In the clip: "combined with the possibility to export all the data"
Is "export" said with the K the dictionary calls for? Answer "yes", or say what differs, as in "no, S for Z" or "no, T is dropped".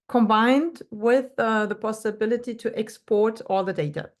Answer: yes